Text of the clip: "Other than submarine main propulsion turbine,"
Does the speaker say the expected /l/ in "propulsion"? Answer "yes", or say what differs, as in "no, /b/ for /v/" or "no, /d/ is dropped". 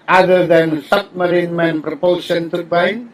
no, /l/ is dropped